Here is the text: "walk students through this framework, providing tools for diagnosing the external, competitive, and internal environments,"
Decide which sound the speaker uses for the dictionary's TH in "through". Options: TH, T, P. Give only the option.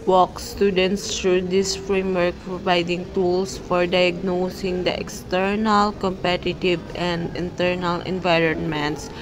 T